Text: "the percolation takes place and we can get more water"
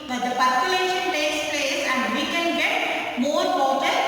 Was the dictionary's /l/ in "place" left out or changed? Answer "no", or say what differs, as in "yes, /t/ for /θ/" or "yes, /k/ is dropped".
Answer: yes, /l/ is dropped